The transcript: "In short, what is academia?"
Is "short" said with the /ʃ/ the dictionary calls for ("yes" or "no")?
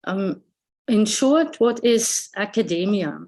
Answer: yes